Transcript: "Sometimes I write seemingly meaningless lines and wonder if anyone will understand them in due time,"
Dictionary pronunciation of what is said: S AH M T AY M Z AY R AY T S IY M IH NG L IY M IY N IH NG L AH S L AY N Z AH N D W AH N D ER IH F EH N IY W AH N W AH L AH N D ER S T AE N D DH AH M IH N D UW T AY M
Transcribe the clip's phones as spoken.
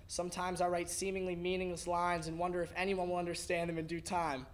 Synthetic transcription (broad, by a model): S AH M T AY M Z AY R AY T S IY M IH NG L IY M IY N IH NG L AH S L AY N Z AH N W AH N D ER IH F EH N IY W AH N W AH L AH N D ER S T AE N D DH AH M IH N D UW T AY M